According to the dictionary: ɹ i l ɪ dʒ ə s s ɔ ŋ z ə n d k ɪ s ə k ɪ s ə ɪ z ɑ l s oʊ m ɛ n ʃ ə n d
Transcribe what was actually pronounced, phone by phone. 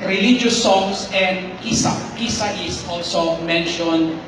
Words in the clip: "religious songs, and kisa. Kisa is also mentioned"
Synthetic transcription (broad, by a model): ɹ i l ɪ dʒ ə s s ɔ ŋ s ə n d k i s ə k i s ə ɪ s ɑ l s oʊ m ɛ n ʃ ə n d